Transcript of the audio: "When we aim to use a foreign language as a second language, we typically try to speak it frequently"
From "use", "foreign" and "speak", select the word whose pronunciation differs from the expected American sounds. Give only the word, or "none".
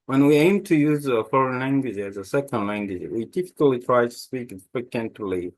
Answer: none